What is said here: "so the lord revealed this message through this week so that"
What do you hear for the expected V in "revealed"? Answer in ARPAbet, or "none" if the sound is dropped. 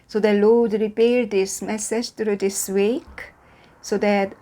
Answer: P